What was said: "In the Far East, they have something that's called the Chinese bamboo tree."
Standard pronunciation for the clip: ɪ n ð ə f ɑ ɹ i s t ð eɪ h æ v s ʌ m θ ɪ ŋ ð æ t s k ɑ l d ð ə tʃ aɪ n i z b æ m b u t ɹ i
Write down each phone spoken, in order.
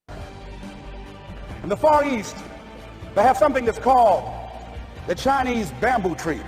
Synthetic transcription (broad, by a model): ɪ n ð ə f ɑ ɹ i s t ð eɪ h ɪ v s ʌ m θ ɪ ŋ ð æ t s k ɑ l d ð ə tʃ aɪ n i z b æ m b u t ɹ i